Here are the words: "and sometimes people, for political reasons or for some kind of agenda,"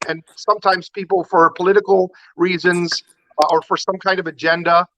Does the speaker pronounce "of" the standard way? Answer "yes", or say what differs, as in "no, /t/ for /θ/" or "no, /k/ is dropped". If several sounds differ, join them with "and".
yes